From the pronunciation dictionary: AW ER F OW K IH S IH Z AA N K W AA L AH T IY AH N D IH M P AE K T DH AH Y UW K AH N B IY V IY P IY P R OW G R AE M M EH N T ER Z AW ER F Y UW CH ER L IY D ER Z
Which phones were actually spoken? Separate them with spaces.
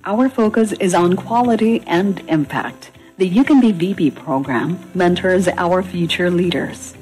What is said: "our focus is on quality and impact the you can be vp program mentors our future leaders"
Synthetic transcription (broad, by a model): AW ER F OW K IH S IH Z N K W AA L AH T IY AH N D IH M P AE K T DH AH Y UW K AH N B IY V IY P IY P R OW G R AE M M EH N T ER Z AW ER F Y UW CH ER L IY D ER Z